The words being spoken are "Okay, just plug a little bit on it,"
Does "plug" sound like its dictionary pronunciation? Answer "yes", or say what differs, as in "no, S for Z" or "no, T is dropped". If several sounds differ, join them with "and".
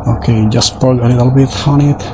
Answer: no, L is dropped